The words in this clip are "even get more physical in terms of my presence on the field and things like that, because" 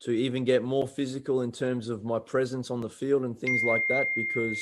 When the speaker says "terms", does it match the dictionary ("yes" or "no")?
yes